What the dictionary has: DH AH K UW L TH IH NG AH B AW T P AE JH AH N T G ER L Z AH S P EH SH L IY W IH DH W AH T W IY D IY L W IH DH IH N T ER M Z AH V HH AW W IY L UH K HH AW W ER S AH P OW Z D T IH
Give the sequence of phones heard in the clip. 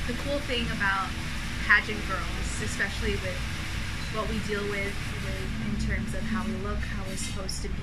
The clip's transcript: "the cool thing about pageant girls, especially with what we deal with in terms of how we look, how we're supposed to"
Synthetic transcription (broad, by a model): DH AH K UW L TH IH NG AH B AW T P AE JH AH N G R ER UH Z AH S P EH SH L IY W IH DH W AH T W IY D IY L W IH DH IH N T ER M Z AH V HH AW W IY L UH K HH AW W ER S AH P OW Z T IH